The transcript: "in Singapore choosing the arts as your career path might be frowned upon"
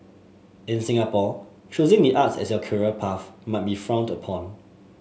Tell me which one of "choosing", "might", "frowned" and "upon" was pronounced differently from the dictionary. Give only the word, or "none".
none